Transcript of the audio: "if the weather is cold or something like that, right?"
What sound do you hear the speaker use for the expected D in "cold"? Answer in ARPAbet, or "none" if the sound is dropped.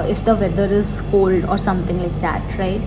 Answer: D